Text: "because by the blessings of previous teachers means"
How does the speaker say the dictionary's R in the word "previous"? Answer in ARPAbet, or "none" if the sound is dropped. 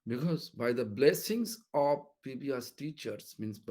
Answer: none